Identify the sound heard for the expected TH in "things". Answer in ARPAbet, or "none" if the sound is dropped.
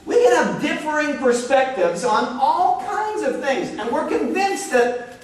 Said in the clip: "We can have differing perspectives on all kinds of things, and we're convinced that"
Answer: TH